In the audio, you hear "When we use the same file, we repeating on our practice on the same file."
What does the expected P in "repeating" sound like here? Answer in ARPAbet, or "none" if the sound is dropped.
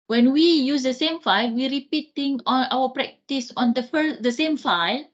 P